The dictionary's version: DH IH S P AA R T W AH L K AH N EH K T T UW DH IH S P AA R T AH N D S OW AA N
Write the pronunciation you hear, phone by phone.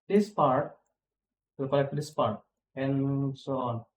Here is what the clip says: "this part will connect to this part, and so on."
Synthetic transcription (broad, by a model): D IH S P AA R T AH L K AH L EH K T T UW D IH S P AA R T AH N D S OW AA N